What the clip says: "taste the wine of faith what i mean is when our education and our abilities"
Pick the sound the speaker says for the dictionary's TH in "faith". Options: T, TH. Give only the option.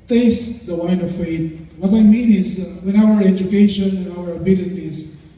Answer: T